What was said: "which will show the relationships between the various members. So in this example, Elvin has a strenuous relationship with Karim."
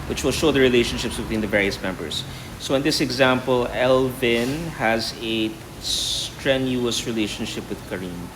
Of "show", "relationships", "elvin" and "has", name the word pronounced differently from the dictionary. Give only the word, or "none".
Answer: none